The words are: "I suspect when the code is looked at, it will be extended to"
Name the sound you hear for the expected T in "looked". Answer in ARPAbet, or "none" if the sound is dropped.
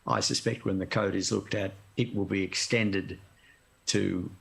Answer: T